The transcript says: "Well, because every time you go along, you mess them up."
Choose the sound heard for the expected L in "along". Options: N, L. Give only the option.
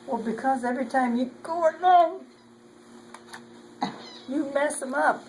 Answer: N